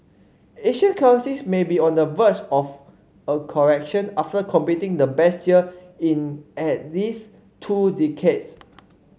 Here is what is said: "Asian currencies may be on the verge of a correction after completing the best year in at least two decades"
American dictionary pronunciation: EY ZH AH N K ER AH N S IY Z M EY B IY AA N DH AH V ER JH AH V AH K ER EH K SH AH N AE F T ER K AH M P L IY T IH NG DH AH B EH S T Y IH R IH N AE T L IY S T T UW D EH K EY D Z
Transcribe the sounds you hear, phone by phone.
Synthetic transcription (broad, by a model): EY SH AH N K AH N S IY S M EY B IY AA N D AH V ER CH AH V AH K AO EH K SH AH N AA F T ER K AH M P IY T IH NG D AH B EH S T Y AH IH N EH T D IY S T T UW D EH K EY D S